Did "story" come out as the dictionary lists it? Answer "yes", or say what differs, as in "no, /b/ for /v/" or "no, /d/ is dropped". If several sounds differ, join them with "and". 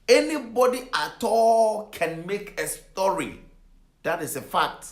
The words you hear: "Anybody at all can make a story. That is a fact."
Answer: yes